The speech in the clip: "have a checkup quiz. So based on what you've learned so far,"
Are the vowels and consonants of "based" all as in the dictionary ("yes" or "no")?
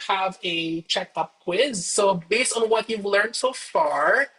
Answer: yes